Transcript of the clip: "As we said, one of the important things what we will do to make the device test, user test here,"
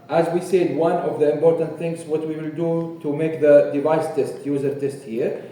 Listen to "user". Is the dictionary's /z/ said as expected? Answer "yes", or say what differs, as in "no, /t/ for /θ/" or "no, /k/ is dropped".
yes